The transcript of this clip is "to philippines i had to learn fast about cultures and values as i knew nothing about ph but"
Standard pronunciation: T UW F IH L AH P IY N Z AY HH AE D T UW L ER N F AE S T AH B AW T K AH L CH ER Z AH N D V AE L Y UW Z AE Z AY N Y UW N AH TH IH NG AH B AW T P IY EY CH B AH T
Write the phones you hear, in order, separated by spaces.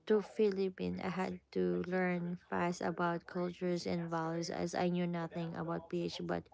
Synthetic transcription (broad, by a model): T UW F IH L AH P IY N AY HH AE D T UW L ER N F AE S T AH B AW T K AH L CH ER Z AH N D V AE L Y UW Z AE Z AY N Y UW N AH TH IH NG AH B AW T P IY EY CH B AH T